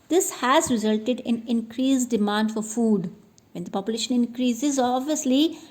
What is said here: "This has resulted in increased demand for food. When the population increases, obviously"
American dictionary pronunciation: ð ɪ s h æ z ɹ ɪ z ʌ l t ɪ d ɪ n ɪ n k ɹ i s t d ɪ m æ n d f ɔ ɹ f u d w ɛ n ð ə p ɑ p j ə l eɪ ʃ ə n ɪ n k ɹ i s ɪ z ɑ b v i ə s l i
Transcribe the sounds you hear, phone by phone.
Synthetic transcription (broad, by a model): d ɪ s h æ z ɹ ɪ z ʌ l t ɪ d ɪ n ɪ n k ɹ i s d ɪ m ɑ n d f ɔ ɹ f u d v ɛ n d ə p ɑ p j ə l eɪ ʃ ə n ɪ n k ɹ i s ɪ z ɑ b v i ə s l i